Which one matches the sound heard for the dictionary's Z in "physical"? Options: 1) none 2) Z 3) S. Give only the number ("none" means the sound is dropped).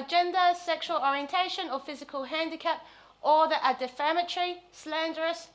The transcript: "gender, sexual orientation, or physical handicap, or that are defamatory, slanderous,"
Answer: 2